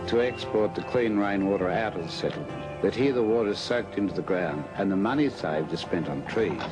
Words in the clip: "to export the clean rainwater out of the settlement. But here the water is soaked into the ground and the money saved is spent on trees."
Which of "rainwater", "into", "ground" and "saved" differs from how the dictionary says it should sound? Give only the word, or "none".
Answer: none